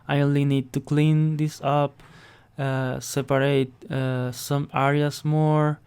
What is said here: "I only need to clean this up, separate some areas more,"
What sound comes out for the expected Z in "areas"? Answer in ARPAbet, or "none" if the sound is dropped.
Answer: S